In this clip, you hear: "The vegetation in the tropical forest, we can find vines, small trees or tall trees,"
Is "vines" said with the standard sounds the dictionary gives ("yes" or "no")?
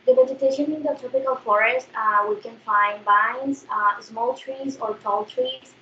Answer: no